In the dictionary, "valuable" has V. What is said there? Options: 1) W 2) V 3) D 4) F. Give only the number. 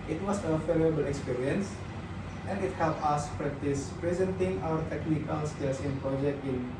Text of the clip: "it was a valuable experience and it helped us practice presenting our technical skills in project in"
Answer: 4